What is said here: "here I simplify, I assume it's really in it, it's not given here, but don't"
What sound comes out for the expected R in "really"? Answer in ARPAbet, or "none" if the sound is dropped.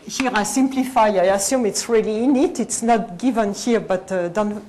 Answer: R